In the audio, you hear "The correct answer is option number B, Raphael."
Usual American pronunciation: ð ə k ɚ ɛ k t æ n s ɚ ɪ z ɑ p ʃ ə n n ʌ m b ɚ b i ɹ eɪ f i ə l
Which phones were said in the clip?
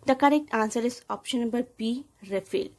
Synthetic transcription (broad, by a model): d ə k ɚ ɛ k t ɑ n s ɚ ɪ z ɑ p ʃ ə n n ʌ b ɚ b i ɹ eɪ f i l